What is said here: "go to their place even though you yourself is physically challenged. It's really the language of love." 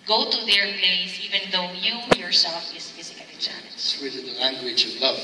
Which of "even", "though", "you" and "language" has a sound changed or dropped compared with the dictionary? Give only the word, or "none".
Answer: none